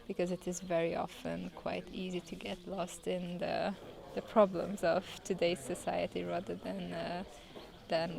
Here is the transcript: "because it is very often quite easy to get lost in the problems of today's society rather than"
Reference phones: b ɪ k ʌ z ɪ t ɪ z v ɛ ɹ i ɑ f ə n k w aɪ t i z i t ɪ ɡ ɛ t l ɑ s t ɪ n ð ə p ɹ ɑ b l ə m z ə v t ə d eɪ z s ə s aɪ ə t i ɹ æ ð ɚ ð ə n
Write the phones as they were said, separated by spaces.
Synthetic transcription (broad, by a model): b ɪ k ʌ z ɪ t ɪ z v ɛ ɹ i ɑ f ə n k w aɪ t i z i t ɪ ɡ ɛ t l ɑ s t ɪ n ð ə p ɹ ɑ b l ə m z ə v t ə d eɪ z s ə s aɪ ə t i ɹ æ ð ɚ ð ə n